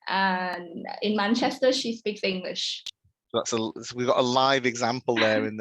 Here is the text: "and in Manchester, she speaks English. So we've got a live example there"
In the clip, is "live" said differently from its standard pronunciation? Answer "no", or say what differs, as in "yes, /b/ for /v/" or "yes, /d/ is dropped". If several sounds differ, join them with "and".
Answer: no